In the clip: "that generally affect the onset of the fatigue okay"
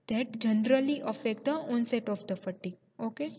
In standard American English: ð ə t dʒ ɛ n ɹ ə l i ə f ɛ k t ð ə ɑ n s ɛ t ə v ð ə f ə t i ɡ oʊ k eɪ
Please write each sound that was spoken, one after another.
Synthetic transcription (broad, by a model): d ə t dʒ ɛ n ɹ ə l i ə f ɛ k t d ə ɑ n s ɛ t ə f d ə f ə t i oʊ k eɪ